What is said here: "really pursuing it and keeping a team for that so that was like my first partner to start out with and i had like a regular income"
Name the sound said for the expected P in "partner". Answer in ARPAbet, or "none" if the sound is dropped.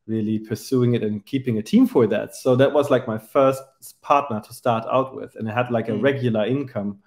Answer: P